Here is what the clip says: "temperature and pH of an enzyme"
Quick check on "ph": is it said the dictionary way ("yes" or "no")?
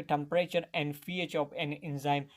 no